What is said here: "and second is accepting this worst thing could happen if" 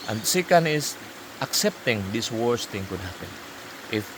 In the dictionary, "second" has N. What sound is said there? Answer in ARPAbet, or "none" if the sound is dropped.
N